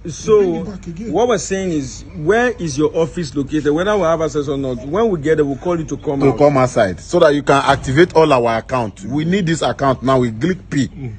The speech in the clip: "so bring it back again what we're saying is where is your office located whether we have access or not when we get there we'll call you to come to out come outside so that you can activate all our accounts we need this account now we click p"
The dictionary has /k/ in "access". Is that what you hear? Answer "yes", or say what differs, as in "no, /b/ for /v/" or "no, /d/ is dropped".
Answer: no, /k/ is dropped